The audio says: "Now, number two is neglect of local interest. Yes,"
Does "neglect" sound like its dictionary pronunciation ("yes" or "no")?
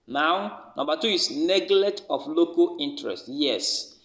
no